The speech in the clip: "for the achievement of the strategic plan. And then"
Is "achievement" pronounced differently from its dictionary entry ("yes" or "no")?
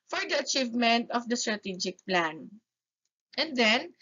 no